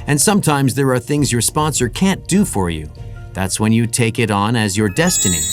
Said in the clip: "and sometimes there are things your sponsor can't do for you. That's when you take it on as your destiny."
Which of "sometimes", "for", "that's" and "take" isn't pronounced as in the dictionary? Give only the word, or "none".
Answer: none